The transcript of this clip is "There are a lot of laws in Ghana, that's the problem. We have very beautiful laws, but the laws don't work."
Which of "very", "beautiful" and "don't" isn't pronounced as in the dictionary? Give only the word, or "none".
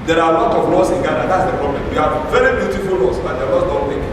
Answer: don't